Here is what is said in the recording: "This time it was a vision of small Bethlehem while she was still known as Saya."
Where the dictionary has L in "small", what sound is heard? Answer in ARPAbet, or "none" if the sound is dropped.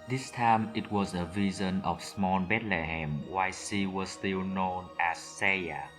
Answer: N